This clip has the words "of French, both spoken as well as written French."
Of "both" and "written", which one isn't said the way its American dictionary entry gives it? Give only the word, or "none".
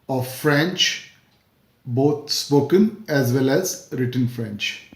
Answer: both